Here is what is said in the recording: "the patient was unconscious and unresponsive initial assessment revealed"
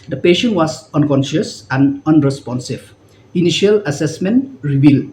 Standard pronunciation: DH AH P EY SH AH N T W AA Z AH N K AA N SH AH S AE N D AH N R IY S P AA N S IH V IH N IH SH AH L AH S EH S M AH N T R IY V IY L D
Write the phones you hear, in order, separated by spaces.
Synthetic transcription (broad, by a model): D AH P EY SH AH N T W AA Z AH N K AA N SH AH S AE N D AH N R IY S P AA N S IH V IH N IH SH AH L AH S EH S M AH N T R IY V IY L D